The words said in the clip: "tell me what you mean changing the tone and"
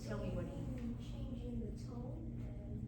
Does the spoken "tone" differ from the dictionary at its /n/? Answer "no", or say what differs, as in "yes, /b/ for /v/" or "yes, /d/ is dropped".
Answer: yes, /n/ is dropped